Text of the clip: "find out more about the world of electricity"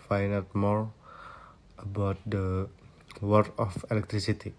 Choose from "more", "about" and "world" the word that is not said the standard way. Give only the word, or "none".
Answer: world